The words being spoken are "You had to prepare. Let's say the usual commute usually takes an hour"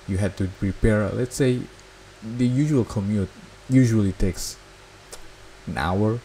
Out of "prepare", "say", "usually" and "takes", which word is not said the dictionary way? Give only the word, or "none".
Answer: none